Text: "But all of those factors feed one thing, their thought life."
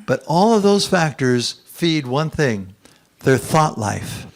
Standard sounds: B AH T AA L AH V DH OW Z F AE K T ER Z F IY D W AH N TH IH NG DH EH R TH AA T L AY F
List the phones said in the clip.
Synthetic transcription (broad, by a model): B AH T AA L AH V DH OW Z F AE K T ER Z F IY D W AH N TH IH NG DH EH R TH AA T L AY F